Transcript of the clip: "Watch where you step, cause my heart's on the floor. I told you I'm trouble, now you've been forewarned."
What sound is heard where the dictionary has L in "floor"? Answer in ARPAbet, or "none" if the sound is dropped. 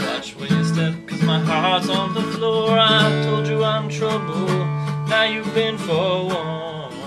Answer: L